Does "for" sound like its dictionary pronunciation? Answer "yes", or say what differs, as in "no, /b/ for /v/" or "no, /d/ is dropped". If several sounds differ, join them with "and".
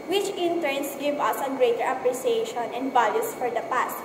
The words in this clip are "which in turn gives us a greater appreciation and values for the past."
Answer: yes